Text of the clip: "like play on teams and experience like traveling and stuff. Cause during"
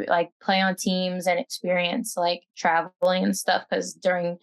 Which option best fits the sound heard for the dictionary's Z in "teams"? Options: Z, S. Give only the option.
Z